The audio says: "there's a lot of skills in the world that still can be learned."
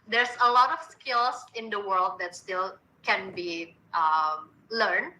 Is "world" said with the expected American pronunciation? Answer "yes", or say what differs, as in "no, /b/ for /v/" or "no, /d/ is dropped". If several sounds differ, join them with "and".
yes